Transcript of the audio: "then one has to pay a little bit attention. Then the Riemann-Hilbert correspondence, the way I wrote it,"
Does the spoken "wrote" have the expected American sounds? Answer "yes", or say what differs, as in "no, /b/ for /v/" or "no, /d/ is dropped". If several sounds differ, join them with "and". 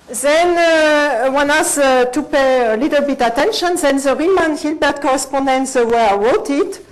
no, /w/ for /ɹ/